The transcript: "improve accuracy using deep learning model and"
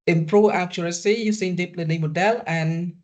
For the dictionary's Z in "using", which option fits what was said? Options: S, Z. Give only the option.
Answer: S